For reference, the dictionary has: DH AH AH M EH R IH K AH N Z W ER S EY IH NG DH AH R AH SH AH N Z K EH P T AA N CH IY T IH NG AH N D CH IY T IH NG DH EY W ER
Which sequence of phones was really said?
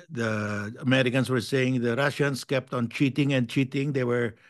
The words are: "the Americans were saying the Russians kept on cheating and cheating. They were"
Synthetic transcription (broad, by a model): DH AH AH M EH R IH K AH N S W ER S EY IH NG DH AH R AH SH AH N S K EH P T AA N CH IY T IH NG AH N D CH IY T IH NG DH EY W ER